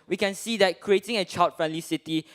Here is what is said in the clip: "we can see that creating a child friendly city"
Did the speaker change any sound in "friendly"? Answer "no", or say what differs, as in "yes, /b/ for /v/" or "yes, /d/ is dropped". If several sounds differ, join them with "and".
no